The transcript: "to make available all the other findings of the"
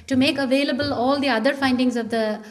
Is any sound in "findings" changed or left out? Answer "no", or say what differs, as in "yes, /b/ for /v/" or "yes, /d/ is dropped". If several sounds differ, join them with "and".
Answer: no